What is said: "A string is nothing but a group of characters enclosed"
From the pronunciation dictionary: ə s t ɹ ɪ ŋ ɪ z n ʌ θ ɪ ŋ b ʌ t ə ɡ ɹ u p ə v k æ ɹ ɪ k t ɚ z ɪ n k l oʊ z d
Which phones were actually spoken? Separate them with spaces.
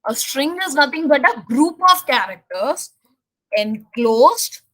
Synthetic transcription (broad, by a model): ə s t ɹ ɪ ŋ ɪ z n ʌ t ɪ ŋ b ʌ t ə ɡ ɹ u p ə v k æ ɹ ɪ k t ɚ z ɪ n k l oʊ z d